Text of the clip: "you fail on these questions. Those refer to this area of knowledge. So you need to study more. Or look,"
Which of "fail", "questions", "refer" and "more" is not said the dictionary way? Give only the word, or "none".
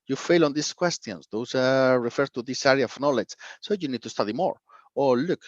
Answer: questions